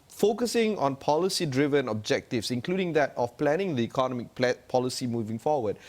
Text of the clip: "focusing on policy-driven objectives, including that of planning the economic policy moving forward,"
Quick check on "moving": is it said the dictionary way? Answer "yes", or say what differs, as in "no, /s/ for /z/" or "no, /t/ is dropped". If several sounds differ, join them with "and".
yes